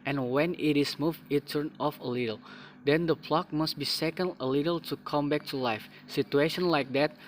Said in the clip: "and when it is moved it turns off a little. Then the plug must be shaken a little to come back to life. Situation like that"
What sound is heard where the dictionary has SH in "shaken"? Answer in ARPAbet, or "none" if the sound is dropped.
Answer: S